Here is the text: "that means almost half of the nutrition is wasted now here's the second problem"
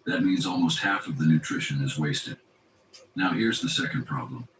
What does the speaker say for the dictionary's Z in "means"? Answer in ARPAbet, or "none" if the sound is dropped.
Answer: Z